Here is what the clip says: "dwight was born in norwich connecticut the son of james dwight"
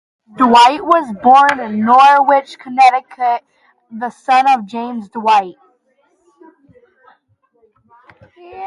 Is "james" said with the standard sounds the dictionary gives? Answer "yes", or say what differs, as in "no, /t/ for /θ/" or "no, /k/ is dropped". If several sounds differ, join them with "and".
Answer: yes